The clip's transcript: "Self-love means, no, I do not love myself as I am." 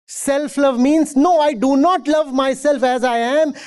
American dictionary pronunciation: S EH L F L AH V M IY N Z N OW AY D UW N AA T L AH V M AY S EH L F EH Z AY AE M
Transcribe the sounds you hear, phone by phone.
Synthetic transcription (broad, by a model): S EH L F L AH V M IY N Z N OW AY D UW N AA T L AH V M AY S EH L F EH Z AY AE M